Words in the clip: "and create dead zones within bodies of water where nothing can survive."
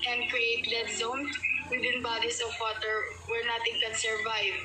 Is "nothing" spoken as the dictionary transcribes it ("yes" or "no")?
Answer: no